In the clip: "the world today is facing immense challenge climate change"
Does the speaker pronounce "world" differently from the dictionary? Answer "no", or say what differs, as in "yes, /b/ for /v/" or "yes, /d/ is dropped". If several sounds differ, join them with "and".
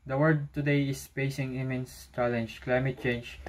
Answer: yes, /l/ is dropped